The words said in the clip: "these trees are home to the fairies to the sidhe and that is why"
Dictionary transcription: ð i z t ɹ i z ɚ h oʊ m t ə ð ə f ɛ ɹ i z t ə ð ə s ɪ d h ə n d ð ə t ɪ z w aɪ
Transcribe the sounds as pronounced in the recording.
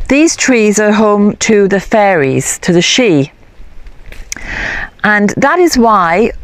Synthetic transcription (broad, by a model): ð i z t ɹ i z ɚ h oʊ m t ə ð ə f ɛ ɹ i z t ə ð ə ʃ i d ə n ð ə t ɪ z w aɪ